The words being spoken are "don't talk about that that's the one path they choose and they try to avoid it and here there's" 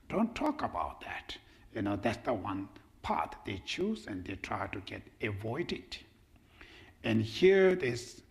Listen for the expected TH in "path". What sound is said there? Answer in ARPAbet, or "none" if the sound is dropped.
T